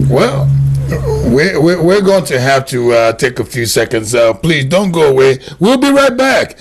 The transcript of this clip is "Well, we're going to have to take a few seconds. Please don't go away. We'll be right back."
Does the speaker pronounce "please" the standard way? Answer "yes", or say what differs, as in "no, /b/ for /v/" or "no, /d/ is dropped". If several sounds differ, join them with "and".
yes